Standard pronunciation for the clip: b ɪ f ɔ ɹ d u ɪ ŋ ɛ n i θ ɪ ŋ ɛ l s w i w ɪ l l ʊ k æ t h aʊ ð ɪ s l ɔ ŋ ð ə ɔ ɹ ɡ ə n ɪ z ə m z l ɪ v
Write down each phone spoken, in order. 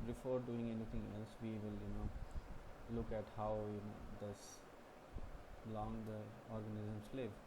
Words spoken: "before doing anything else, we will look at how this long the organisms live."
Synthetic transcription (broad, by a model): b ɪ f ɔ ɹ d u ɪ ŋ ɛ n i t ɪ ŋ ɛ l s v i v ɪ l l ʊ k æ t h aʊ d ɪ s l ɔ ŋ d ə ɔ ɹ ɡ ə n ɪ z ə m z l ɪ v